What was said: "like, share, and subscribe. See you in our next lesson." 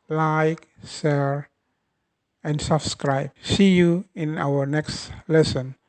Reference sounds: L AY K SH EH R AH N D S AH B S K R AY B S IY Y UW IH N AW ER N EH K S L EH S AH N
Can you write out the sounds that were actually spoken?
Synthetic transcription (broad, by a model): L AY K S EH R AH N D S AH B S K R AY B S IY Y UW IH N AW ER N EH K S L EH S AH N